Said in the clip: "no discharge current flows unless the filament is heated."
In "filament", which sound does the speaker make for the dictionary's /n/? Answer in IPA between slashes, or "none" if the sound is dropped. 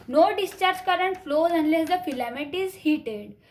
none